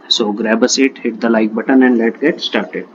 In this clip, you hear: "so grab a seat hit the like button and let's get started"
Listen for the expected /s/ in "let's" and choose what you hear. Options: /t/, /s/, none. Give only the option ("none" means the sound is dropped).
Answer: none